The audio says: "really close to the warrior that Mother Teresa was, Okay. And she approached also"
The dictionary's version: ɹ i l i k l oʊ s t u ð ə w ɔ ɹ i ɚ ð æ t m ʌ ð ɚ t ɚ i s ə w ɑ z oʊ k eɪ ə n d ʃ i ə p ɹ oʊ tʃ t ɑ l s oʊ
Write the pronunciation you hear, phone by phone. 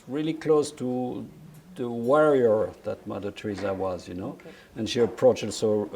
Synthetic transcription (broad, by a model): ɹ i l i k l oʊ s t u ð ə w ɔ ɹ i ɚ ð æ t m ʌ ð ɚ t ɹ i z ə w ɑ z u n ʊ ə n ʃ i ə p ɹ oʊ tʃ ɪ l s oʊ